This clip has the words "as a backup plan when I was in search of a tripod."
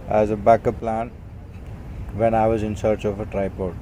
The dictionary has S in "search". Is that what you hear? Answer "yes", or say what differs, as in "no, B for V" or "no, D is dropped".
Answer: yes